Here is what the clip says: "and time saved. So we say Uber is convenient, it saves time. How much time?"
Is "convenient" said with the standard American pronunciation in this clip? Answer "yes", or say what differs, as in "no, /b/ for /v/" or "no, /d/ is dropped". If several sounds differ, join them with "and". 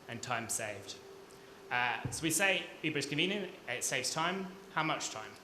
no, /t/ is dropped